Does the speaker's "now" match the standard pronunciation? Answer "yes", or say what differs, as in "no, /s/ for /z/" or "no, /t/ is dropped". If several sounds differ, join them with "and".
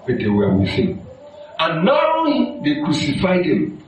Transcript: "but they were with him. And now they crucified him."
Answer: no, /l/ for /n/